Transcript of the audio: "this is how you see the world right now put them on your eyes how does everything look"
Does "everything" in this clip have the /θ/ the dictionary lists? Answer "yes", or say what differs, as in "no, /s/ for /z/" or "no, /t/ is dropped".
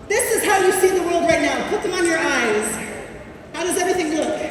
yes